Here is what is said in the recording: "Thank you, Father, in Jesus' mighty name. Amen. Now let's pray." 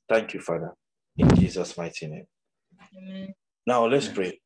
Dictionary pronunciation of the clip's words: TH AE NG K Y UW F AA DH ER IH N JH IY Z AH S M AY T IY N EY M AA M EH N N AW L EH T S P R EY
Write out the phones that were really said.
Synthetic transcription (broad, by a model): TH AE NG K Y UW F AA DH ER IH N JH IY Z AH S M AY T IY N EY AA M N N AW L EH T S P R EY